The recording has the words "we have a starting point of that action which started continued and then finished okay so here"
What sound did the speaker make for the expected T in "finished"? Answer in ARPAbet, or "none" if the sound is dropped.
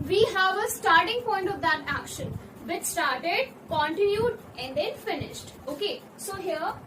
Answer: T